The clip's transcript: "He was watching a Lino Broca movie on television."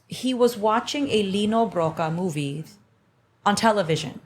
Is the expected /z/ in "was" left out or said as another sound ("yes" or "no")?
no